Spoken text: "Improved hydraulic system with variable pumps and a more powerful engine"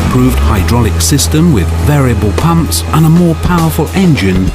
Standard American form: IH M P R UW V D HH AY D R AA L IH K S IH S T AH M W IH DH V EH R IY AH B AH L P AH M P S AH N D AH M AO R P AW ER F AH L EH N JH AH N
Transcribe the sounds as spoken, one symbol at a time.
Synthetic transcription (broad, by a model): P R UW V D HH AY D R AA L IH K S IH S T AH M W IH DH V EH R IY AH B AH L P AH M P S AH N AH M AO R P AW ER F AH L EH N JH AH N